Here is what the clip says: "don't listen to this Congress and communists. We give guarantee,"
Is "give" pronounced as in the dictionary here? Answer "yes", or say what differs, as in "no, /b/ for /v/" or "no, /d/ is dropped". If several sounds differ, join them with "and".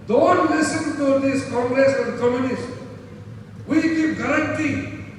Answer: no, /p/ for /v/